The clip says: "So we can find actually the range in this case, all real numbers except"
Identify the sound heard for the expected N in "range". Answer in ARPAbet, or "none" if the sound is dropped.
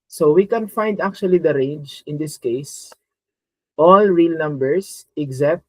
N